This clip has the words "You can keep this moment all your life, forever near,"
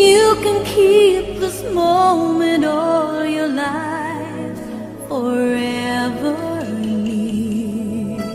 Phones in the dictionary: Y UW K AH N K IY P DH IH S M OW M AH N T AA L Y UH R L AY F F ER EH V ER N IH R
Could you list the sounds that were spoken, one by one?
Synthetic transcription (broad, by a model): Y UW K AH N K IY P DH IH S M OW M AH N T AA L Y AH R L AY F F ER EH ER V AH R